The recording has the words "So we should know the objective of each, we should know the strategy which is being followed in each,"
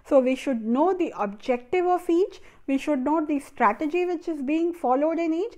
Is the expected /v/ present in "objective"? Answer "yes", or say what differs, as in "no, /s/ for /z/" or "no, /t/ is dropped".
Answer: yes